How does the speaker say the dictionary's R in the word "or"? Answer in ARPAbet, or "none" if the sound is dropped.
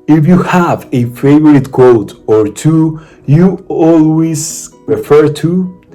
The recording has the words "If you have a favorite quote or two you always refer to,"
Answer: R